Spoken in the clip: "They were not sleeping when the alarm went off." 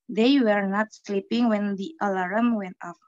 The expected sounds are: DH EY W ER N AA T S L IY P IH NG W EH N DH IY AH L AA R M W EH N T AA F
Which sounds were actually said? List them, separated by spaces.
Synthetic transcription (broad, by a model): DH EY W ER N AA T S L IY P IH NG W EH N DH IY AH L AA R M W EH N T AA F